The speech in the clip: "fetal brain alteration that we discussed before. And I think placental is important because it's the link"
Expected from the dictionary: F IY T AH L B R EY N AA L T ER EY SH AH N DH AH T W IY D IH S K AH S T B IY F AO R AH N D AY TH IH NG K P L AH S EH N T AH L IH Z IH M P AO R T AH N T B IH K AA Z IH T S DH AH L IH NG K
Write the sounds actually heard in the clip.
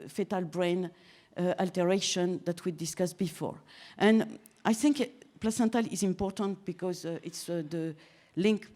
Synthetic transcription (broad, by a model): F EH T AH L B R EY N AA L T ER EY SH AH N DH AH T W IY D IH S K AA S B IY F AO R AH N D AY TH IH NG K P L AH S EH N T AH L IH Z IH M P AO R T AH N T B IH K AA Z IH T S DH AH L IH NG K